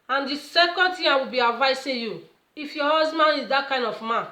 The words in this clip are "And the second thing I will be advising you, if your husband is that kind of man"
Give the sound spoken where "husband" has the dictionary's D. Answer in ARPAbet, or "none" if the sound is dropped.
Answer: none